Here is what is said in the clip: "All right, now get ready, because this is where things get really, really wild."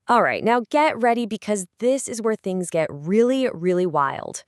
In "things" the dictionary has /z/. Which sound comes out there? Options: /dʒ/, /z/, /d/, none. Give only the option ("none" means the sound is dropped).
/z/